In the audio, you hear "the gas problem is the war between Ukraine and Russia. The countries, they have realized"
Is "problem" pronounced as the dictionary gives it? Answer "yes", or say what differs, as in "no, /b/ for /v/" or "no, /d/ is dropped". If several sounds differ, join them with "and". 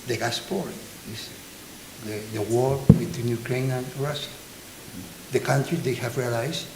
no, /ɹ/ is dropped